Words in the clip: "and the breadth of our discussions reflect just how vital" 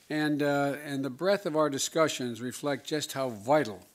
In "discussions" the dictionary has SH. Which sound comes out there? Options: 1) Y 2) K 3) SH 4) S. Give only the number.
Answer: 3